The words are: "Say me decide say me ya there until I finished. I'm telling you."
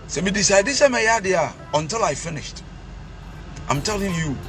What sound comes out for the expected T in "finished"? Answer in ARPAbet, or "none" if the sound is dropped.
T